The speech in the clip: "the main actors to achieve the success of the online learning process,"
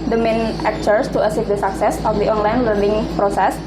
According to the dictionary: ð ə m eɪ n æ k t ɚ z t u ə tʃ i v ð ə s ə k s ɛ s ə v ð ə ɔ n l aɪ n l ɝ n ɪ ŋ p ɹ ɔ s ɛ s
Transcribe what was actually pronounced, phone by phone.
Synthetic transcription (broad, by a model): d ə m eɪ n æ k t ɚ s t u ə s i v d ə s ə k s ɛ s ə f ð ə ɔ n l aɪ n l ɝ n ɪ ŋ p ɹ ɔ s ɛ s